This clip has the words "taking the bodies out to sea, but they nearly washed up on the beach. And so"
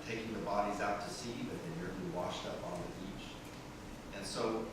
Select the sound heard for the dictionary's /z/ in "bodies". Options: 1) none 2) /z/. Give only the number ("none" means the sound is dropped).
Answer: 2